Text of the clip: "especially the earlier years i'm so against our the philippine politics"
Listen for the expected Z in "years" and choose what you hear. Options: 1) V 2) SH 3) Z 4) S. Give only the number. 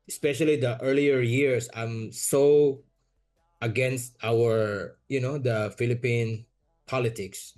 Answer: 4